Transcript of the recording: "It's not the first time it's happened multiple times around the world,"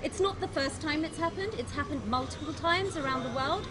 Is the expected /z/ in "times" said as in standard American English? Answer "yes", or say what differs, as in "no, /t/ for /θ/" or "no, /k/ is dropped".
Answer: yes